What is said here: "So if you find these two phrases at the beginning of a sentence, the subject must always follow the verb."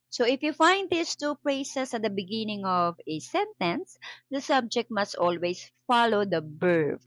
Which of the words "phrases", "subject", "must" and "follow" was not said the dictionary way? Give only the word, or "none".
phrases